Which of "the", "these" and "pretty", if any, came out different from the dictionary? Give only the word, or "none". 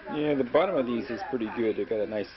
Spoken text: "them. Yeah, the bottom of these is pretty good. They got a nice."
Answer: none